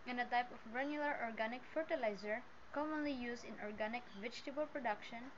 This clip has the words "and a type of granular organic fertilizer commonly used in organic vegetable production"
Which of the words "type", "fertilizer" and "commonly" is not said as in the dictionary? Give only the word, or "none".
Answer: none